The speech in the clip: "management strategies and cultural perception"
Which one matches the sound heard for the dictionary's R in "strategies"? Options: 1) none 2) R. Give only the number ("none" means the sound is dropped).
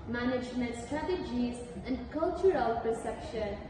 2